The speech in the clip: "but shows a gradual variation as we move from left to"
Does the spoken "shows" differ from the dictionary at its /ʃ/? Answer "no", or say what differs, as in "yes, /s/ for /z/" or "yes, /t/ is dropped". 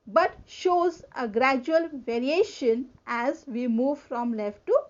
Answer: no